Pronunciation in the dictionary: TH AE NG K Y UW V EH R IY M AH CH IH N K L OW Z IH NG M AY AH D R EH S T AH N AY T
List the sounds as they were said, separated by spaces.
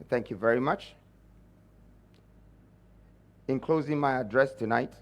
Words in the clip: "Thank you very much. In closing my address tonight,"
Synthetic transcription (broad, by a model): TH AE NG K Y UW V EH R IY M AH CH IH N K L OW Z IH NG M AY AH D R EH S T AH N AY T